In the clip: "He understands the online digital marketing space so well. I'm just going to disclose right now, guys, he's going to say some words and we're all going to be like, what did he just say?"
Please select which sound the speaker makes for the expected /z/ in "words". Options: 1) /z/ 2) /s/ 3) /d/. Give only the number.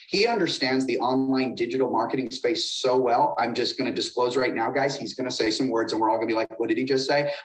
1